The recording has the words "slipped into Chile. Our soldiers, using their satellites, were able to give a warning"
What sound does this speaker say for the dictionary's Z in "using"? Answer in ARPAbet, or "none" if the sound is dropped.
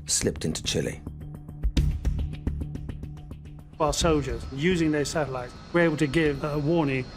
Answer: Z